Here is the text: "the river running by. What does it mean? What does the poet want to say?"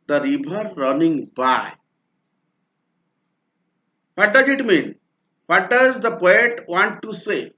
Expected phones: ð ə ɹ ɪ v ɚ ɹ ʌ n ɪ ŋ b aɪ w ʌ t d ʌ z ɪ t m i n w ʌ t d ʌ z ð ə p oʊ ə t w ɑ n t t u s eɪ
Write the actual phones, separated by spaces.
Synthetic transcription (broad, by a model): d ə ɹ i b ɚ ɹ ʌ n ɪ ŋ b aɪ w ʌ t d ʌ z ɪ t m i n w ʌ t d ʌ z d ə p oʊ ə t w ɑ n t t u s eɪ